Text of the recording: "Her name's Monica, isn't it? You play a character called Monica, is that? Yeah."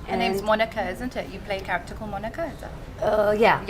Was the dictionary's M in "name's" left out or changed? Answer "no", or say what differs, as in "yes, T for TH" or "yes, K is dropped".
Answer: yes, M is dropped